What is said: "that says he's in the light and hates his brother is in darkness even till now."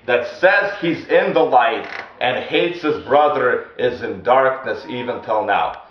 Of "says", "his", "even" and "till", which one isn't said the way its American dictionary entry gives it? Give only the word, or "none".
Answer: none